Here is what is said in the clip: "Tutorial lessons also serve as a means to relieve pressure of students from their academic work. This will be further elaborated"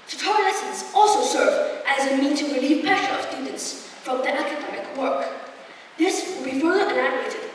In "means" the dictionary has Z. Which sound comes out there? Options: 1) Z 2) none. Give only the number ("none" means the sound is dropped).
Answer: 2